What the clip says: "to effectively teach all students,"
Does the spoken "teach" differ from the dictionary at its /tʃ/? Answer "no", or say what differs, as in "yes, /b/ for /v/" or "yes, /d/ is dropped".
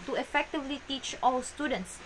no